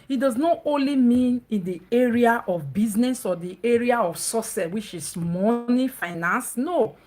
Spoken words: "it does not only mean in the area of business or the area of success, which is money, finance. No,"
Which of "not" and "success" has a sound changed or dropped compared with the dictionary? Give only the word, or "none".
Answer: success